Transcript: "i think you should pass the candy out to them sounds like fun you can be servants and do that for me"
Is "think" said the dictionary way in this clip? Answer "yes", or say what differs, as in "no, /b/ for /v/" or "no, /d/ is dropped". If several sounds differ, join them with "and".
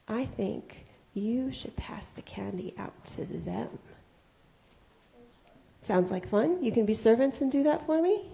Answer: yes